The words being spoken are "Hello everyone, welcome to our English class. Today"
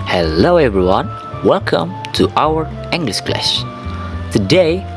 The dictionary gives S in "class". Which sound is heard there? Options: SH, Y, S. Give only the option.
SH